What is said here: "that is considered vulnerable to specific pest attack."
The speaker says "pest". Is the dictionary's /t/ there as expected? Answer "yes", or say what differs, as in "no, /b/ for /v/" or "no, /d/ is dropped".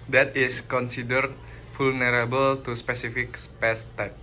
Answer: yes